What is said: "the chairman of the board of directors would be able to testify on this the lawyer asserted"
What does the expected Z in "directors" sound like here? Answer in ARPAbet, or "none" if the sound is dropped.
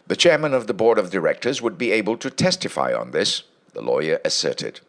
Z